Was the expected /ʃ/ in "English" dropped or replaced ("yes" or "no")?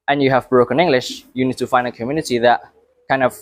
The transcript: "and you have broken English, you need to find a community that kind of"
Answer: no